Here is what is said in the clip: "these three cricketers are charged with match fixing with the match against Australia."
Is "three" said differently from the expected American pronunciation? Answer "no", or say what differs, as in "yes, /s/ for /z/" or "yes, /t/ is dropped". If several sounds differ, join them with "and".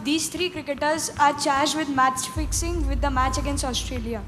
yes, /t/ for /θ/